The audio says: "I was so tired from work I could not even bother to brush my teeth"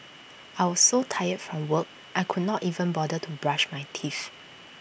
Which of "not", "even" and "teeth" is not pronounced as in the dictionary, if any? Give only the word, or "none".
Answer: teeth